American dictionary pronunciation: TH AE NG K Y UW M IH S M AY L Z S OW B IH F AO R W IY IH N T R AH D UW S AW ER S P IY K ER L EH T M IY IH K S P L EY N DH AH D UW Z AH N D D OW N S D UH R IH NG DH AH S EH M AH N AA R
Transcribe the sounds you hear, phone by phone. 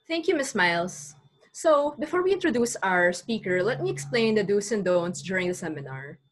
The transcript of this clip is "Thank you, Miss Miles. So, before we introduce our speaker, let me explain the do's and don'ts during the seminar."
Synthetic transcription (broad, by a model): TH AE NG K Y UW M IH S M AY L S OW B IH F AO R W IY IH N T R AH D UW S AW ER S P IY K ER L EH T M IY IH K S P L EY N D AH D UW S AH N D D OW N S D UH R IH NG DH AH S EH M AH N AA R